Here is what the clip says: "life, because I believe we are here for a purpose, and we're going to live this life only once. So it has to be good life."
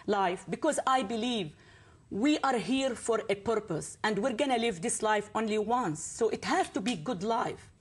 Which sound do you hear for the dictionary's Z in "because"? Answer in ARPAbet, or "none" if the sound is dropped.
Z